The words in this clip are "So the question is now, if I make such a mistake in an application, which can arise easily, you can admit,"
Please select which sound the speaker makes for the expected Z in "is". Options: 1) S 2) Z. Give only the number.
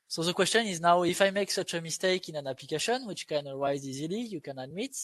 2